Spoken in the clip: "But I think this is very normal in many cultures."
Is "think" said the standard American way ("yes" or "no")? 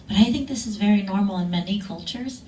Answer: yes